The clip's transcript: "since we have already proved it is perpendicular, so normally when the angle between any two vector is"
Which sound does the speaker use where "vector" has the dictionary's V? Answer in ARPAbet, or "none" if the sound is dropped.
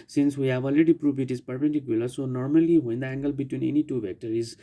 B